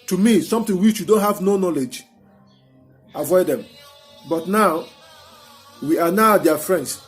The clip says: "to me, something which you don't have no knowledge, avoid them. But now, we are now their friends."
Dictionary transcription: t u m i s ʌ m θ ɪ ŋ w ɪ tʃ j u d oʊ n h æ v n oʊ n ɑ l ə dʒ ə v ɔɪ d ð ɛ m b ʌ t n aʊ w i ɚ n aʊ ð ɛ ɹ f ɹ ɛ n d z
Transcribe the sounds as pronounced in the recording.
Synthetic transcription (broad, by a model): t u m i s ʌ m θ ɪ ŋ w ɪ tʃ j u d oʊ n h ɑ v n oʊ n ɑ l ə dʒ ə v ɔɪ d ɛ m b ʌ t n aʊ w i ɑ n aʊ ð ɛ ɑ f ɹ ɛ n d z